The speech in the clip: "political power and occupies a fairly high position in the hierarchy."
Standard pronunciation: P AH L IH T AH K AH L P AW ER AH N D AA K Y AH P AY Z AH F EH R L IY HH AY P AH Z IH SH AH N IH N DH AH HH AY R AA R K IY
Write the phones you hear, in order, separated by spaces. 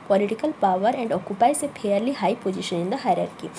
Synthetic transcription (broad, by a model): P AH L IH T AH K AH L P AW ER AH N D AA K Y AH P AY S AH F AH R L IY HH AY P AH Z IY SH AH N IH N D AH HH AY R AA R K IY